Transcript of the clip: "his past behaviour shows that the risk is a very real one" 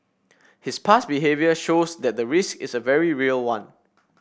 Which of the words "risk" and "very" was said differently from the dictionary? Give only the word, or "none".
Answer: none